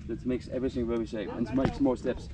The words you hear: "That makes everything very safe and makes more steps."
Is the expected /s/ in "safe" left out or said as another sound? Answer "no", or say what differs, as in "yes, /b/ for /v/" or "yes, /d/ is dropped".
yes, /ʃ/ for /s/